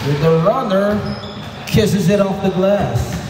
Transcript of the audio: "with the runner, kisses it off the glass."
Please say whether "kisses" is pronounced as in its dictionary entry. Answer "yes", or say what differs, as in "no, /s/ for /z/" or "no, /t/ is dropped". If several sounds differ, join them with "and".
yes